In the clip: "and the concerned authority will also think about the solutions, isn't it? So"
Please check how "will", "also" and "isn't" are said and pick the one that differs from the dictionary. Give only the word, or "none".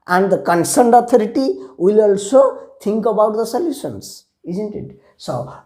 none